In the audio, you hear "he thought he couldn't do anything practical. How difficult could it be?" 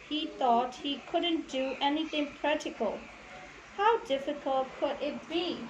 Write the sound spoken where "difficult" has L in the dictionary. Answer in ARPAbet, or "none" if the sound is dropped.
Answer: L